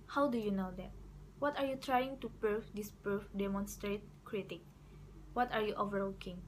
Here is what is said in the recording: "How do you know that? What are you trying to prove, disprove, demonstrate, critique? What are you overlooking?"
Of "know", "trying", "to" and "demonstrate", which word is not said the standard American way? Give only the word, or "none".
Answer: none